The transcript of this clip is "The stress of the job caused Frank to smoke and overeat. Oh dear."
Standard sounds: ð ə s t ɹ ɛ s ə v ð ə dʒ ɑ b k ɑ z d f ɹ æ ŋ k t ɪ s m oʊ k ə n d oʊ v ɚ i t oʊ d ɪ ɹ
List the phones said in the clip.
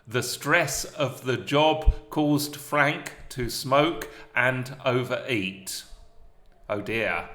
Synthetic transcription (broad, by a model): ð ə s t ɹ ɛ s ə v ð ə dʒ ɑ b k ɑ z d f ɹ æ ŋ k t ɪ s m oʊ k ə n oʊ v ɚ i t oʊ d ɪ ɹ